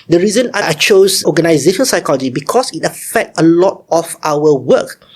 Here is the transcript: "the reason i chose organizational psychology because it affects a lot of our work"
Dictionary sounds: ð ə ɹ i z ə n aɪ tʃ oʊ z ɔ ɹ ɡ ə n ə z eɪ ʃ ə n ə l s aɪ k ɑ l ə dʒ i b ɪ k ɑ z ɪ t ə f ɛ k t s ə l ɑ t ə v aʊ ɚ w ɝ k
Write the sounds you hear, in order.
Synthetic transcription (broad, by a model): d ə ɹ i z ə n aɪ tʃ oʊ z ɔ ɡ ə n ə z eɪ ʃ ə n s aɪ k ɑ l ə dʒ i b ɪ k ɑ s ɪ t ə f ɛ k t ə l ɑ t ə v aʊ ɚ w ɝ k